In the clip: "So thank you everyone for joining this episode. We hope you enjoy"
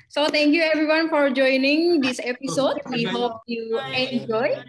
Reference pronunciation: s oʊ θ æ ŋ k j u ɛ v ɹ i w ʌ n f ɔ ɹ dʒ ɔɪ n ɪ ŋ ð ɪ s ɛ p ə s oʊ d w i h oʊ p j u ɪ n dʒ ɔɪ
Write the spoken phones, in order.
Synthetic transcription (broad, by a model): s oʊ t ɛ ŋ k j u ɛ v ɹ i w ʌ n f ɔ ɹ dʒ ɔɪ n ɪ ŋ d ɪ s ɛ p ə s oʊ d w i h oʊ p j u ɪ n dʒ ɔɪ